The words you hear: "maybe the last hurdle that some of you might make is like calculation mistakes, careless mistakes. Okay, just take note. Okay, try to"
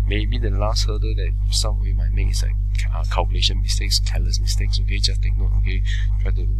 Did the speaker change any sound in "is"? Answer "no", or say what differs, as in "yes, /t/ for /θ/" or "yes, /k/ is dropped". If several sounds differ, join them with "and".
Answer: yes, /s/ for /z/